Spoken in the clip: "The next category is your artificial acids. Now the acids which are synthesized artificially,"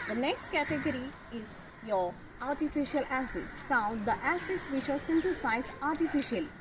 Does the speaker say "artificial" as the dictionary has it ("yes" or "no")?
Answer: yes